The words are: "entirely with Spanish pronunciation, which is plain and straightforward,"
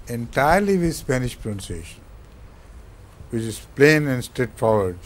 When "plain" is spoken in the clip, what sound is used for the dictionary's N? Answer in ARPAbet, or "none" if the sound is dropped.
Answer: N